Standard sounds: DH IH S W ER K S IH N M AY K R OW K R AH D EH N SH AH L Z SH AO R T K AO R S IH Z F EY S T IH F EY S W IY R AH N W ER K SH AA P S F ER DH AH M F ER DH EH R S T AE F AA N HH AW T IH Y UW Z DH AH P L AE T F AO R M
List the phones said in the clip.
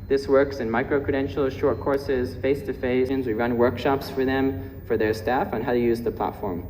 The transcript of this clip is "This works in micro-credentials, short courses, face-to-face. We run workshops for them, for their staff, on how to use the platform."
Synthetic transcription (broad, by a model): DH IH S W ER K S IH N M AY K R OW K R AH D EH N SH L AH SH AO R T K AO R S IH Z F EY S T IH F EY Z W IY R AH N W ER K SH AA P S F ER DH AH M F ER DH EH R S T AE F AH N HH AW T IH Y UW Z DH AH P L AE T F AO R M